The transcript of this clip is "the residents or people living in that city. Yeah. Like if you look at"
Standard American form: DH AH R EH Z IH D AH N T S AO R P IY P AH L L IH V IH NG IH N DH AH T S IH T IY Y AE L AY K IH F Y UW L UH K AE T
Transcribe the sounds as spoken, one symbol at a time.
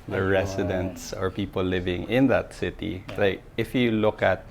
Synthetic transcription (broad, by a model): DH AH R EH S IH D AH N T S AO R P IY P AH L L IH V IH NG IH N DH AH T S IH T IY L AY K IH F Y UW L UH K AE T